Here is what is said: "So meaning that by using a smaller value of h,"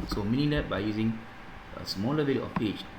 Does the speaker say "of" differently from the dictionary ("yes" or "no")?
yes